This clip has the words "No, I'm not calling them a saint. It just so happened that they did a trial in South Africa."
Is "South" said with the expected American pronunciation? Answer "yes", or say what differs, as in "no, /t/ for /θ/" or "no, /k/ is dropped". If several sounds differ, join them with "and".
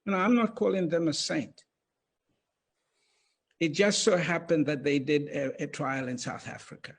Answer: yes